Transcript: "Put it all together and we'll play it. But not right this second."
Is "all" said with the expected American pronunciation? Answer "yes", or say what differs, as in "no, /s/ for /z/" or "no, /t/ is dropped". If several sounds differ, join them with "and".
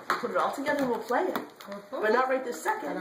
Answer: yes